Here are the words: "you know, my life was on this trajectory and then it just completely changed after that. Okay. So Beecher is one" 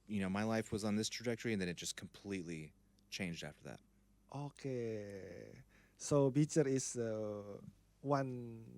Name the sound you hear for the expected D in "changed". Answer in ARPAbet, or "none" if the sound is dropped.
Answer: D